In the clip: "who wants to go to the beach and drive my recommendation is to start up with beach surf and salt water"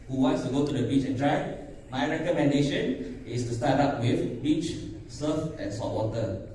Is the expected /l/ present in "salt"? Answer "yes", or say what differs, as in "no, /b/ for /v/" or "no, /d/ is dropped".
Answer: no, /l/ is dropped